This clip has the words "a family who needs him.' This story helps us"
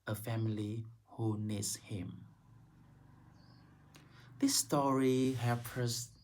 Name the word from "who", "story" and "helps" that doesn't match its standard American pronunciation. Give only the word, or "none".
helps